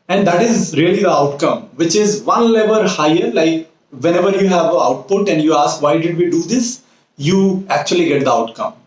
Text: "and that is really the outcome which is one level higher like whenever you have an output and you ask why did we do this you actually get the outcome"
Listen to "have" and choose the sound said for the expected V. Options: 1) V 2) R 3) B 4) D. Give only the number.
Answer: 1